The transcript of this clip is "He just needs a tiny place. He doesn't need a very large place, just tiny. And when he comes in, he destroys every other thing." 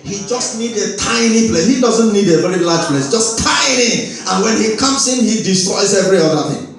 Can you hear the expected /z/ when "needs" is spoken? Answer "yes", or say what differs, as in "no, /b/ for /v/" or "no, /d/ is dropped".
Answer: no, /z/ is dropped